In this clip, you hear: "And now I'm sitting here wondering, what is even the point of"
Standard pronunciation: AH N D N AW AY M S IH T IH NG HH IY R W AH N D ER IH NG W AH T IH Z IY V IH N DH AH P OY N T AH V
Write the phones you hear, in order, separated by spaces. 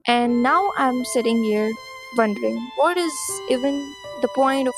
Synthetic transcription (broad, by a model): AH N N AW AY M S IH T IH NG HH IY R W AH N D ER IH NG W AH T IH Z IY V IH N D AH P OY N T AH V